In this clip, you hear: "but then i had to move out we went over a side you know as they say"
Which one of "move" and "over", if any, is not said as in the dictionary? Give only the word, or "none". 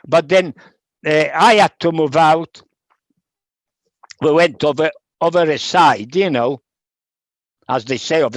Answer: none